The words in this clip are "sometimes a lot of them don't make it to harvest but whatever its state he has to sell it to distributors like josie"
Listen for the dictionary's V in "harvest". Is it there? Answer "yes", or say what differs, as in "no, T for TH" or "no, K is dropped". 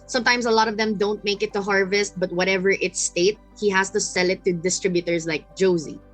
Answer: yes